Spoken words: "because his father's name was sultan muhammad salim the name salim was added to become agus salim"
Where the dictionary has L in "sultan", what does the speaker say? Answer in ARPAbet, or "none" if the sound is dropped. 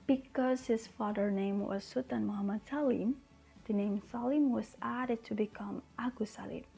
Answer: none